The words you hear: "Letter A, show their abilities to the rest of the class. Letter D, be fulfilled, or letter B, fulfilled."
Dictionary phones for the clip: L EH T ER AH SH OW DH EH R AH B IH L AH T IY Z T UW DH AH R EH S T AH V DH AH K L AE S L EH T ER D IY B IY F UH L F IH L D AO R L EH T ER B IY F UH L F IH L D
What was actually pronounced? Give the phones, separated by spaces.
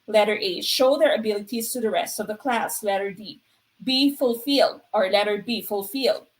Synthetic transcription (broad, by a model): L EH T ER AH SH OW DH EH R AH B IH L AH T IY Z T UW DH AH R EH S T AH V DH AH K L AE S L EH T ER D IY B IY F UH L F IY L D AO R L EH T ER B IY F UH L F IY L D